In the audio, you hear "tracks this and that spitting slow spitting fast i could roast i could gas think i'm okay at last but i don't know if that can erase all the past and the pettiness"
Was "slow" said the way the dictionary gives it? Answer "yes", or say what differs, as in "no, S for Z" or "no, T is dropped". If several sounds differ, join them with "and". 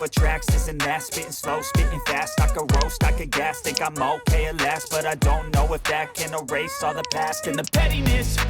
yes